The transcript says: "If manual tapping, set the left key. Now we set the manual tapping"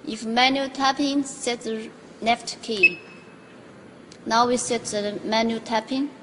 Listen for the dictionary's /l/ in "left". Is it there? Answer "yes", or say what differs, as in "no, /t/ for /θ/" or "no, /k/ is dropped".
no, /n/ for /l/